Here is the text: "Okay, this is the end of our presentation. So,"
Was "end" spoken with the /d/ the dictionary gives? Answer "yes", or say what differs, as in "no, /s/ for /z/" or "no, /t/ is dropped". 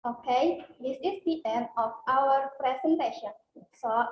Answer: no, /d/ is dropped